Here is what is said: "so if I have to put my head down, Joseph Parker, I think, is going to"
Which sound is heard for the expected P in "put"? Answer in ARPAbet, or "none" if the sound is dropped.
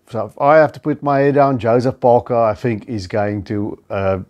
P